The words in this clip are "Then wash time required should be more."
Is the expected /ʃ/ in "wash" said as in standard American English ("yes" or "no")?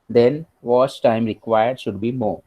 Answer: no